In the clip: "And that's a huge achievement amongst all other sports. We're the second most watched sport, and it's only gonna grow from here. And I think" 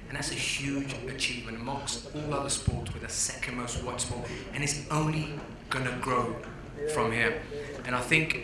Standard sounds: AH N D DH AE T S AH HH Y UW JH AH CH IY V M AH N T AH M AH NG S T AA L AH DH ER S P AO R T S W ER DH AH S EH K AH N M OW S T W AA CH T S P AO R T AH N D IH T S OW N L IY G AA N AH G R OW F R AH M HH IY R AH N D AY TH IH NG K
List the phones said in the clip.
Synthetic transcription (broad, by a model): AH N DH AE T S AH HH Y UW JH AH CH IY V M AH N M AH AH S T AA L AH DH ER S P AO R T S W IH DH AH S EH K AH N M OW S T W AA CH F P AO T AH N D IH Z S OW N L IY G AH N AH G R OW F R AH M HH IY R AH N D AY TH IH NG K